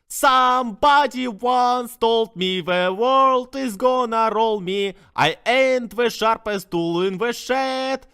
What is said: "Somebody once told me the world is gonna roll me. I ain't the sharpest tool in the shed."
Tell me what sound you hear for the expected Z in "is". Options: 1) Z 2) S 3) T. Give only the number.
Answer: 1